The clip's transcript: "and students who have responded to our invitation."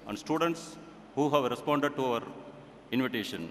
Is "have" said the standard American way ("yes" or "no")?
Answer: yes